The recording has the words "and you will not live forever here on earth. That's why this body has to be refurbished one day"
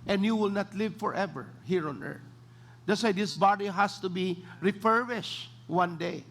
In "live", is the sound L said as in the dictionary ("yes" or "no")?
yes